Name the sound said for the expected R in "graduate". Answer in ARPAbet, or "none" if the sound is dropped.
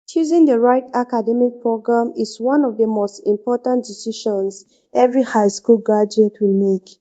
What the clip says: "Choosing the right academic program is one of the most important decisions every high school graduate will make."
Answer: none